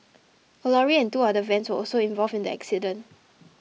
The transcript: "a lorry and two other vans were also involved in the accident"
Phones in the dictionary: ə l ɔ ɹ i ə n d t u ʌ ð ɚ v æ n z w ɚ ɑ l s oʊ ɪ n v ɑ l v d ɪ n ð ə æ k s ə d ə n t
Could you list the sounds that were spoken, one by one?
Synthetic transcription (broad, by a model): ə l ɔ ɹ i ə n t u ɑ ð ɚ v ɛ n s w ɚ ɑ l s oʊ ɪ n v ɑ l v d ɪ n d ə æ k s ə d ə n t